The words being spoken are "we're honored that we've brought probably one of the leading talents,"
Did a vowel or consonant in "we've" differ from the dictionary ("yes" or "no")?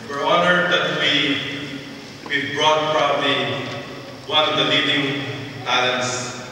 yes